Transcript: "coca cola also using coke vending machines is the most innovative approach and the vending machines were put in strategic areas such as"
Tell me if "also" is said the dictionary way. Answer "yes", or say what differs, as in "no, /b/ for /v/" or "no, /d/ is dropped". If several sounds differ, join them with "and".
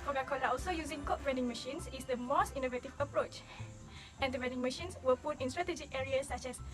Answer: yes